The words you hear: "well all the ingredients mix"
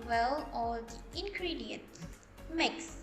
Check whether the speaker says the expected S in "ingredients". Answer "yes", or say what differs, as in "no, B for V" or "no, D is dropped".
no, S is dropped